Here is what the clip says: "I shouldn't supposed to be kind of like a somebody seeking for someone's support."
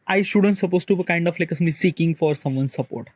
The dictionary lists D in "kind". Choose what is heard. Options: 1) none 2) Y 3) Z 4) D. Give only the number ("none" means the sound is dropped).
4